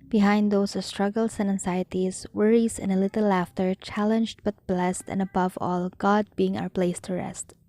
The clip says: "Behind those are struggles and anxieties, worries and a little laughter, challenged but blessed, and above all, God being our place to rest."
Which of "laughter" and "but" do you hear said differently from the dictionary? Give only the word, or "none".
none